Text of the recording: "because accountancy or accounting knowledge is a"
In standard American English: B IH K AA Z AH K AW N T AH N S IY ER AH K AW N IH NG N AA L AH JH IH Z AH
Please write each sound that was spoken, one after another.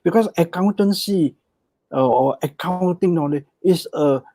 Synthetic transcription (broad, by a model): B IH K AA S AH K AW N T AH N S IY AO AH K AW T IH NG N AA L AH IH S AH